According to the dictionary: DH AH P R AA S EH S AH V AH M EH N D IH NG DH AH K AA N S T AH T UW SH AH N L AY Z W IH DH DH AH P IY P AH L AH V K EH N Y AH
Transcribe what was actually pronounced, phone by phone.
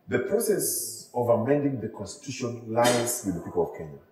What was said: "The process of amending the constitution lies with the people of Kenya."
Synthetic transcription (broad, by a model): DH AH P R AA S EH S AH V AH M EH N D IH NG DH AH K AA N S T AH T UW SH AH N L AY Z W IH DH DH AH P IY P AH L AH V K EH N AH